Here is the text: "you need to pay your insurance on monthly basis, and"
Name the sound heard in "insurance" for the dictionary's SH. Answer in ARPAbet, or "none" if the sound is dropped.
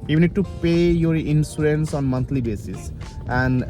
S